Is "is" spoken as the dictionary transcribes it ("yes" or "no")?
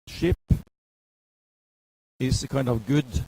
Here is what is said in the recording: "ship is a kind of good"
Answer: no